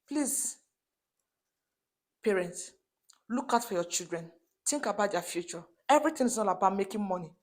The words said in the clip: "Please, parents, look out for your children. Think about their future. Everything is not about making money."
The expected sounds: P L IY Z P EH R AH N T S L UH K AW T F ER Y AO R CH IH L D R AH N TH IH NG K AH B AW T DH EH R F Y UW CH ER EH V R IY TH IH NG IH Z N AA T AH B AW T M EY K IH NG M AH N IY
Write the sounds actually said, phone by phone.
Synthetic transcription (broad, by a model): P L IY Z P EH R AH N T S L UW K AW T F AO Y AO CH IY L D R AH N T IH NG K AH B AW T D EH F Y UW CH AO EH V R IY T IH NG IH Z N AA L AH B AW M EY K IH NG M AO N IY